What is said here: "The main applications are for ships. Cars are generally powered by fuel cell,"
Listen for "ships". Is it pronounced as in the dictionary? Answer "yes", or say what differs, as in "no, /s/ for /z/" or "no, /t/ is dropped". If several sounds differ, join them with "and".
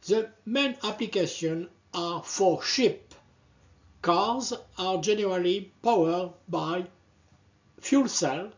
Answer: no, /s/ is dropped